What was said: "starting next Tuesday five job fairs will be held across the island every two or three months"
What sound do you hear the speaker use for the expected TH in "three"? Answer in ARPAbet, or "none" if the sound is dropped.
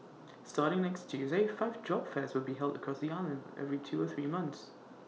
TH